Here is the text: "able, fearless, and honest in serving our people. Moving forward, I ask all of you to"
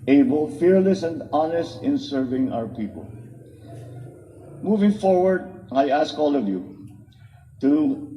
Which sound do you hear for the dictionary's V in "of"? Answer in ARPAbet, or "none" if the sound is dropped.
V